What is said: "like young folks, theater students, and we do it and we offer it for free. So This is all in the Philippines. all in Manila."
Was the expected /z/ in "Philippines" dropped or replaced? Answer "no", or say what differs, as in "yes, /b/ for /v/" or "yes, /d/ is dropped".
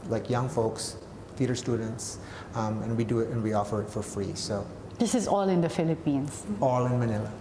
yes, /s/ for /z/